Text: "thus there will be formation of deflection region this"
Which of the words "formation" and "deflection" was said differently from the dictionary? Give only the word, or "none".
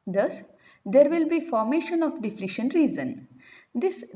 deflection